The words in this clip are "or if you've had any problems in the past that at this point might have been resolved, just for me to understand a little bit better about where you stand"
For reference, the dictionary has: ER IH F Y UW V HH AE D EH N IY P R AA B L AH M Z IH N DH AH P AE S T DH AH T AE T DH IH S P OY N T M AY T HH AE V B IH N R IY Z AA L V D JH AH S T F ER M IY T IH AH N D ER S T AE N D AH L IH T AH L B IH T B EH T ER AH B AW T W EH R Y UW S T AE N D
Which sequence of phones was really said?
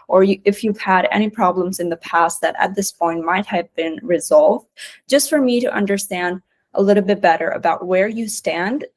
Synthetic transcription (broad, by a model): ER IH F Y UW V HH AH D EH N IY P R AA B L AH M Z IH N DH AH P AE S T DH AH T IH T DH IH S P OY N T M AY T HH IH V B IH N R IY Z AA L V D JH AH S T F ER M IY T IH AH N D ER S T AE N D AH L IH T L B IH T B EH T ER AH B AW T W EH R Y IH S T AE N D